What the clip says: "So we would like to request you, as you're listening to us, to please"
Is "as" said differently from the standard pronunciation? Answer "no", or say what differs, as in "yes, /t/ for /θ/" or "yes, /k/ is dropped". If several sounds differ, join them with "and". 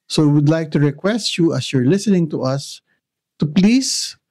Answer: yes, /s/ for /z/